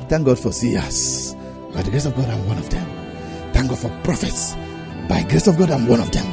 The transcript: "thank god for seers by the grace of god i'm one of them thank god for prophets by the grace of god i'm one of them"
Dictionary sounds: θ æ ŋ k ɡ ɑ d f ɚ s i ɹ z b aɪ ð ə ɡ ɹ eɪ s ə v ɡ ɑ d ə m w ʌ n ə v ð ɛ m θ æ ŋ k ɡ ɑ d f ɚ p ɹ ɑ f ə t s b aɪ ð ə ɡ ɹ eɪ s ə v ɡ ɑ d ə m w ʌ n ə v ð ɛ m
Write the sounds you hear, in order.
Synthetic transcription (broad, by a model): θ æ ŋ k ɡ ɑ d f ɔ s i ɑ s b aɪ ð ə ɡ ɹ eɪ s ə v ɡ ɑ d ə m w ʌ n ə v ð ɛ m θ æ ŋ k ɡ ɑ d f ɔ p ɹ ɑ f ə t s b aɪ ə ɡ ɹ eɪ s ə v ɡ ɑ d ə m w ʌ n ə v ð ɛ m